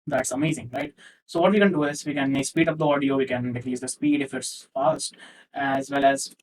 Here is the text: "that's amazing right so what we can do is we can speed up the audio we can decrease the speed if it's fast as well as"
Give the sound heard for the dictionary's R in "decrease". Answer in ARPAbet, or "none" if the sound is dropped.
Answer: L